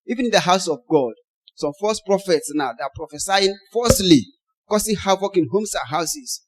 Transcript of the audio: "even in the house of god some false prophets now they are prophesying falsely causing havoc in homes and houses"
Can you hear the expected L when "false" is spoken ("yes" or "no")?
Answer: no